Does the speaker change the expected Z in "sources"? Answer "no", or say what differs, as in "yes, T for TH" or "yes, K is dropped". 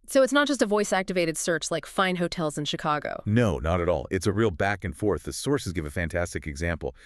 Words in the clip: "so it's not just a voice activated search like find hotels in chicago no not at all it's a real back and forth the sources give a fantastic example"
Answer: no